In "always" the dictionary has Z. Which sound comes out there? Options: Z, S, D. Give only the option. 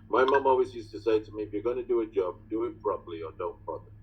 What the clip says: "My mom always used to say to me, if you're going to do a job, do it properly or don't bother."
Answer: Z